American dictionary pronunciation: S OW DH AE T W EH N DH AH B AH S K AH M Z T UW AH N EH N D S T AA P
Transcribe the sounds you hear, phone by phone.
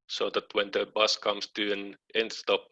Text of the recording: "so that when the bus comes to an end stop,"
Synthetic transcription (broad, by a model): S OW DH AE T W EH N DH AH B AH S K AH M S T UW AH N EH N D S T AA P